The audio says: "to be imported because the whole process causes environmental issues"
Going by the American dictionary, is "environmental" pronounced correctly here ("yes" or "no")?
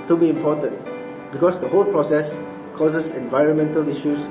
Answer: yes